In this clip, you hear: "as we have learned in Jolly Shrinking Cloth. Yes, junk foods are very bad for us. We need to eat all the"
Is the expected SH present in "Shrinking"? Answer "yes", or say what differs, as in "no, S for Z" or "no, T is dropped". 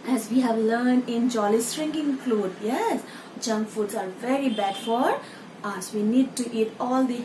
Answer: no, S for SH